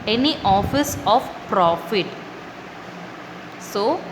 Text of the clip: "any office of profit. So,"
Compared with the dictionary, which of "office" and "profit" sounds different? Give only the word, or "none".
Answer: none